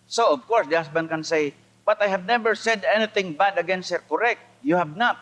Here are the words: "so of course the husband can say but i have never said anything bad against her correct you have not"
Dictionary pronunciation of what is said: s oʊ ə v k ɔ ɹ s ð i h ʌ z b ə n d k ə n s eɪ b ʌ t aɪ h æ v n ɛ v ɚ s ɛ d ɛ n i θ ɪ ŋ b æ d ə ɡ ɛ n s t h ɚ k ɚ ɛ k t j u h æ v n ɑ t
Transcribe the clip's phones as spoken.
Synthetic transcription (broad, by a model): s oʊ ə v k ɔ ɹ s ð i h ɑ s b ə n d k ə n s eɪ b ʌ t aɪ h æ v n ɛ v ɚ s ɛ d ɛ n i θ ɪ ŋ b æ d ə ɡ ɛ n s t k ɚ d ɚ ɛ k t j u h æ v n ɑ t